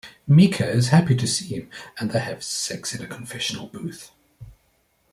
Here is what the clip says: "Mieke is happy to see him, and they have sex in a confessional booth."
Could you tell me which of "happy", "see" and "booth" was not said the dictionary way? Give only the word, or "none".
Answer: none